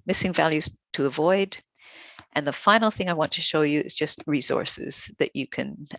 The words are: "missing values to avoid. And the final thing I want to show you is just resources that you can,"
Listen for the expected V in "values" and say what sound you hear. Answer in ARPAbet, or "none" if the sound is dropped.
V